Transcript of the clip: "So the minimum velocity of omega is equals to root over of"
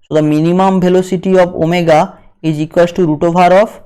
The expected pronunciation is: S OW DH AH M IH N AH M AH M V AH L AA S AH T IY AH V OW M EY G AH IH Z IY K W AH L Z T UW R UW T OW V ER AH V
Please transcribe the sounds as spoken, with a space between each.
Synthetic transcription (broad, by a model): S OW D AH M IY N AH M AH M B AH L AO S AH T IY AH B OW M EY G AH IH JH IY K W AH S T UW R UW T OW B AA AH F